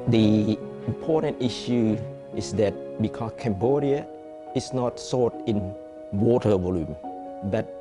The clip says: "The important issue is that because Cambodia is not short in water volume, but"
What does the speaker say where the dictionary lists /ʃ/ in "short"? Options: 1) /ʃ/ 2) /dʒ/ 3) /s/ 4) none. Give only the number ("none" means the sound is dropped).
3